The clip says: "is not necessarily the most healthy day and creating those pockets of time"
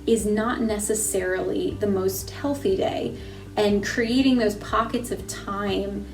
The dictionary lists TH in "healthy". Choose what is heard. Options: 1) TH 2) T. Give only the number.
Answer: 1